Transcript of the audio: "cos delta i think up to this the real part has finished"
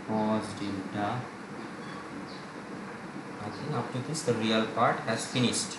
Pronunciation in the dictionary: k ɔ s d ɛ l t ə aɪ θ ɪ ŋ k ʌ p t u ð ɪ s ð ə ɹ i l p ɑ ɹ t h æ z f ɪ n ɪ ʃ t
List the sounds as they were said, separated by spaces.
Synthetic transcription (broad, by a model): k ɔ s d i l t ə aɪ t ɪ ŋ ʌ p t u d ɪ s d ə ɹ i l p ɑ ɹ t h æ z f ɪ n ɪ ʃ t